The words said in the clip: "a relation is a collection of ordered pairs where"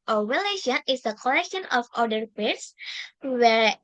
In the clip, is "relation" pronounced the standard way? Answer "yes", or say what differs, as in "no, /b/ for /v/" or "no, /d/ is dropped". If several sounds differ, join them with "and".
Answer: no, /w/ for /ɹ/